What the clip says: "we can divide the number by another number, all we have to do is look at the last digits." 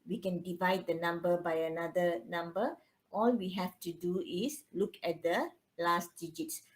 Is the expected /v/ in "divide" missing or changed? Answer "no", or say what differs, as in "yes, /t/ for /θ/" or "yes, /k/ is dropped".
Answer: no